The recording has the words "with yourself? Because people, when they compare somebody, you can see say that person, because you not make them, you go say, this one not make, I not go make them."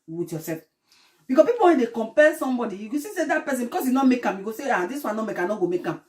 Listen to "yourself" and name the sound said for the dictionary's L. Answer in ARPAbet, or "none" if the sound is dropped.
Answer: none